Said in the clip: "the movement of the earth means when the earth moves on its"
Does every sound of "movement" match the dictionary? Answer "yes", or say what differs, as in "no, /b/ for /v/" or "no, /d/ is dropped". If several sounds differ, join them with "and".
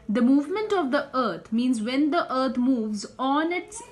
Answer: yes